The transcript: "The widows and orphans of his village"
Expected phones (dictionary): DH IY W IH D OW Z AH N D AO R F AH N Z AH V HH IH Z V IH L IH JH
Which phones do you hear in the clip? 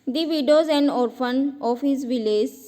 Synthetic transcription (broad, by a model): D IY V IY D OW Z AH N D AO R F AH N AH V HH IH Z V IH L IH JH